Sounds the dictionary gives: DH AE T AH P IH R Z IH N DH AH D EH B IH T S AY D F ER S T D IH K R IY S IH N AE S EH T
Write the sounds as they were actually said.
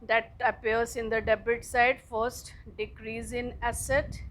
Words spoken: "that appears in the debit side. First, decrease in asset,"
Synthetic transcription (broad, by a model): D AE T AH P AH R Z IH N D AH D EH B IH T S AY D F ER S T D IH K R IY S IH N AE S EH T